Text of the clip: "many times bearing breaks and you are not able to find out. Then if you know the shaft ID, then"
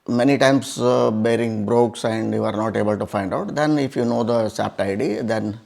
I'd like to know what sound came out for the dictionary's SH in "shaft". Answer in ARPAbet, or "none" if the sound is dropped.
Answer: S